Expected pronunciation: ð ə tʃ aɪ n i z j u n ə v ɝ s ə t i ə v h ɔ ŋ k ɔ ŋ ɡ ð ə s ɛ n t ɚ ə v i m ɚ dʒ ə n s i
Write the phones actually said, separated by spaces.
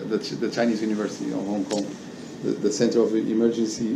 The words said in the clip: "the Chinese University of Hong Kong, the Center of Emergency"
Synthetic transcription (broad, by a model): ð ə tʃ aɪ n i z j u n ə v ɝ s ə t i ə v h ɔ ŋ k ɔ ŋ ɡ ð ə s ɛ n t ɚ ə v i m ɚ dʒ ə n s i